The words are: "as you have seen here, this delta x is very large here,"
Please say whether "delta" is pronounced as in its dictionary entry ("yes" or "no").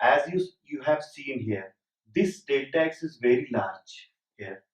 no